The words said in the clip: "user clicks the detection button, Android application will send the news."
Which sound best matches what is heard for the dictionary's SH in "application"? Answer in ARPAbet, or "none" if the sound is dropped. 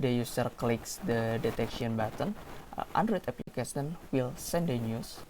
S